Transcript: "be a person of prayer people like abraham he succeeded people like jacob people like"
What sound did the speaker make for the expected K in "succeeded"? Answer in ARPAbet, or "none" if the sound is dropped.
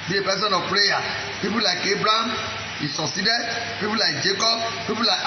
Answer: none